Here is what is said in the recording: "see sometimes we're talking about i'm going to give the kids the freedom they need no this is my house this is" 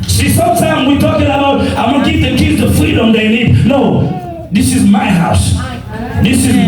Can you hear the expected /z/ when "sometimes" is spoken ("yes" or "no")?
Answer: no